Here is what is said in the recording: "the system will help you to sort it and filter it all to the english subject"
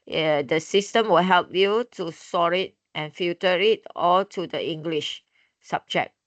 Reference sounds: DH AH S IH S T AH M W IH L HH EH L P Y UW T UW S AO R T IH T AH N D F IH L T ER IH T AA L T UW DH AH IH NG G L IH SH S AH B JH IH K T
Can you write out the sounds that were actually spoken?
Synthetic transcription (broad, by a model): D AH S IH S T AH M W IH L HH EH L P Y UW T UW S AO R IH T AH N F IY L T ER IH T AA L T UW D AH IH NG G L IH SH S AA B JH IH K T